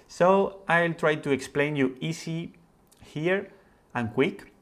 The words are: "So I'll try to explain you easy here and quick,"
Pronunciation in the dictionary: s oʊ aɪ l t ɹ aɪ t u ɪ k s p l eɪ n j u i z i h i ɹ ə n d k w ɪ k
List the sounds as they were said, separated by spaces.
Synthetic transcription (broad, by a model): s oʊ aɪ l t ɹ aɪ t u ɪ k s p l eɪ n j u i s i h i ɹ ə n k w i k